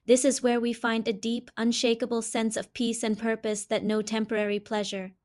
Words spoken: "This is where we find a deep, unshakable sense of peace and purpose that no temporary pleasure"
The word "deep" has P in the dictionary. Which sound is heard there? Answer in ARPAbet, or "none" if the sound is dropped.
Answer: P